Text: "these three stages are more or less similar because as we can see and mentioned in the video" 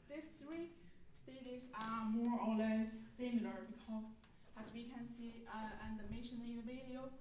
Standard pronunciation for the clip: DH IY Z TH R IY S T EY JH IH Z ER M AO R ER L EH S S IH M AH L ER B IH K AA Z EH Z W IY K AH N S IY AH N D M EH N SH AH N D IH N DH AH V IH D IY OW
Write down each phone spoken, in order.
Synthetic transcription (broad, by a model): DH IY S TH R IY S T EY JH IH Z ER M AO R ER L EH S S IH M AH L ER B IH K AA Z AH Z W IY K AH N S IY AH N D M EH N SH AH N IH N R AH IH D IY OW